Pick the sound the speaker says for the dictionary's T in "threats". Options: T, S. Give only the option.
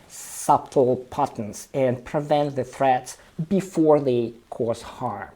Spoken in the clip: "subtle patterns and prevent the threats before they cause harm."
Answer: T